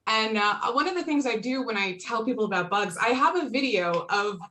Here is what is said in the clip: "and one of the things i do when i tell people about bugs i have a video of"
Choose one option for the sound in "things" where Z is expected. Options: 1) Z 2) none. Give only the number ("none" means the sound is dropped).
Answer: 1